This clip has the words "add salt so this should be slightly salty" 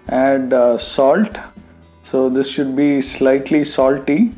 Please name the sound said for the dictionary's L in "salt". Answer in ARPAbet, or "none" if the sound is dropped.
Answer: L